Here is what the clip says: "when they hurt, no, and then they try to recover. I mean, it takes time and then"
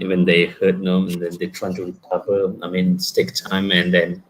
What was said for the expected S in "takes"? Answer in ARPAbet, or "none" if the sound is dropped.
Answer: none